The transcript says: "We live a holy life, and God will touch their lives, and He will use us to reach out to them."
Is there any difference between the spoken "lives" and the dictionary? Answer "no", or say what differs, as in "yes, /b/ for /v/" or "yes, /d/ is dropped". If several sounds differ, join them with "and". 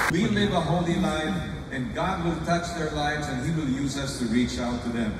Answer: no